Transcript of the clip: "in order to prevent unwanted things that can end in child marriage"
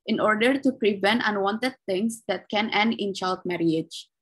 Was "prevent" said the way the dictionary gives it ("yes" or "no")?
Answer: yes